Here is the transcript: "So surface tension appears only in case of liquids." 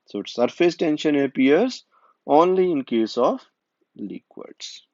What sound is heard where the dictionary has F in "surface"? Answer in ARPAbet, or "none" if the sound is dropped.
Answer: F